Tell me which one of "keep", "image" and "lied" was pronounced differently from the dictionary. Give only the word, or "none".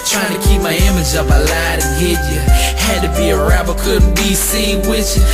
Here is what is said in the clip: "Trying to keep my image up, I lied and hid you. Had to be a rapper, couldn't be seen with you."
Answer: none